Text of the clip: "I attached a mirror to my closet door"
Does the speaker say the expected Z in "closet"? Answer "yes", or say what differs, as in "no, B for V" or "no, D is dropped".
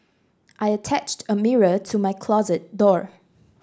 yes